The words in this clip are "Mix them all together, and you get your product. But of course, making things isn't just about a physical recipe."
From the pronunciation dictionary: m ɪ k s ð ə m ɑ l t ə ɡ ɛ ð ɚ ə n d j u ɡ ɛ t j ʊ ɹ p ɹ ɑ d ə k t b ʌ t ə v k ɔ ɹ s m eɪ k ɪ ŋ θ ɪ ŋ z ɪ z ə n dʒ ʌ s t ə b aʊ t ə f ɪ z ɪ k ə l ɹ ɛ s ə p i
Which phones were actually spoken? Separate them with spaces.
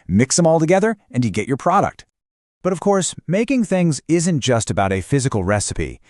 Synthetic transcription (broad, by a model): m ɪ k s ð ə m ɑ l t ə ɡ ɛ ð ɚ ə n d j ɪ ɡ ɛ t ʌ ɹ p ɹ ɑ d ə k t b ʌ t ə v k ɔ ɹ s m eɪ k ɪ ŋ θ ɪ ŋ z ɪ z ə n dʒ ʌ s t ə b aʊ t ə f ɪ z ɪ k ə l ɹ ɛ s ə p i